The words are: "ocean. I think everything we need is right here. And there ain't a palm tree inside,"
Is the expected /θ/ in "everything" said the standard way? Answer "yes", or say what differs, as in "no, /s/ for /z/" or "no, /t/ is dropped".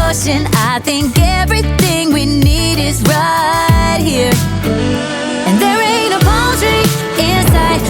yes